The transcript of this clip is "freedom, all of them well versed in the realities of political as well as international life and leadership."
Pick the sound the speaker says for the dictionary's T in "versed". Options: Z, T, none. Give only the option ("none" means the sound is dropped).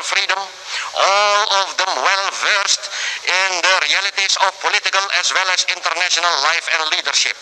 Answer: T